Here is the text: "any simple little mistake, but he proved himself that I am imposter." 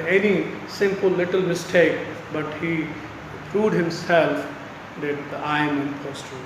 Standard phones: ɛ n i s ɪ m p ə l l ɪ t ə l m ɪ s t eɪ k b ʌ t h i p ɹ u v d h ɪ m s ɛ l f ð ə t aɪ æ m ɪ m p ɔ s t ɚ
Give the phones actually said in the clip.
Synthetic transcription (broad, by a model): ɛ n i s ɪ m p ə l l ɪ t ə l m ɪ s t eɪ k b ʌ t h i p ɹ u d h ɪ m s ɛ l f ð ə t aɪ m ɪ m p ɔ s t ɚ